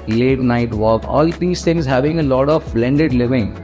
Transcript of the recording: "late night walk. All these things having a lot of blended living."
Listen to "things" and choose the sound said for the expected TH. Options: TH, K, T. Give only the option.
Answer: T